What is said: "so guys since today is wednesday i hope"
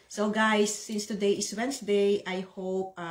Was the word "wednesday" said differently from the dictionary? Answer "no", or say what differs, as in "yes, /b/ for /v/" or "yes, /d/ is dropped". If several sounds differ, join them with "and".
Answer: yes, /s/ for /z/